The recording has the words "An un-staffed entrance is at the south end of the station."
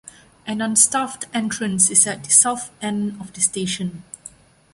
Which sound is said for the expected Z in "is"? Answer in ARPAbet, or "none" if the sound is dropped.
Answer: S